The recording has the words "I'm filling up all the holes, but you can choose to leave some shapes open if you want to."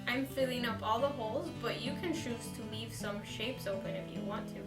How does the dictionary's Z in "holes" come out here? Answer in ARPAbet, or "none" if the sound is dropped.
Z